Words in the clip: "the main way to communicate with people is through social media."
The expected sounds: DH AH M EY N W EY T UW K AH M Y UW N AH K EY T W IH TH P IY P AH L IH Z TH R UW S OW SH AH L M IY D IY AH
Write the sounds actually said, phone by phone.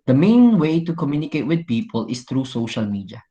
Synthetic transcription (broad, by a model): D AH M EY N W EY T UW K AH M Y UW N AH K EY T W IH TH P IY P AH L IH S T R UW S OW SH AH L M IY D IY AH